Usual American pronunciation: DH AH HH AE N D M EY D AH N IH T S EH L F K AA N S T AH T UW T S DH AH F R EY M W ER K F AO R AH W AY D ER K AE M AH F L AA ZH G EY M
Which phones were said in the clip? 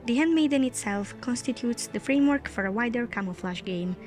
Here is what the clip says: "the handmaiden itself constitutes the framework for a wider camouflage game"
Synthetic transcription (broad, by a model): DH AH HH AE N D M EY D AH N IH T S EH L F K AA N S T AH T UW T S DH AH F R EY M W ER K F AO R AH W AY D ER K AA M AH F L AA SH G EY M